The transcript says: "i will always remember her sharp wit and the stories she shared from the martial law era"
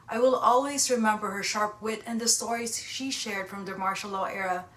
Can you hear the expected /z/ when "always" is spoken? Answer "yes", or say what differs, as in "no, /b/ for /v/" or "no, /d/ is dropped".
yes